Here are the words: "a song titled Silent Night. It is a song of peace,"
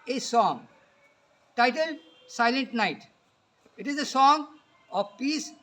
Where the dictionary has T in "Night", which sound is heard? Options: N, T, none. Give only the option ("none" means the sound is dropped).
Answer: T